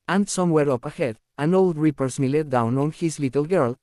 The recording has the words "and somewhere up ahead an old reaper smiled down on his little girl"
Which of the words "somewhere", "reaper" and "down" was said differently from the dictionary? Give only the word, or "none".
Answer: none